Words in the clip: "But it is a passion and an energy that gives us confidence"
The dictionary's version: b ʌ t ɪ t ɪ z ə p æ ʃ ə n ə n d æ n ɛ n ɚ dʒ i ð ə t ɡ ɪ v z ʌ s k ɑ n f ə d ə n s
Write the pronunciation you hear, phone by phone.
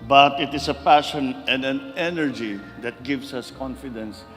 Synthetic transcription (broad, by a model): b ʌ t ɪ t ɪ s ə p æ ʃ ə n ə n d æ n ɛ n ɚ dʒ i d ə t ɡ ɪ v s ʌ s k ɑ n f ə d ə n s